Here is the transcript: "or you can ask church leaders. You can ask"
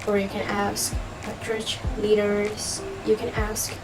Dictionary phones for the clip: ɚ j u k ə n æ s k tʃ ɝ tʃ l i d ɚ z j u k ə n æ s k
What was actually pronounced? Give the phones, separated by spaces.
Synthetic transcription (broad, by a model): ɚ j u k ə n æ s k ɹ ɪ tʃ l i d ɚ z j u k ə n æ s k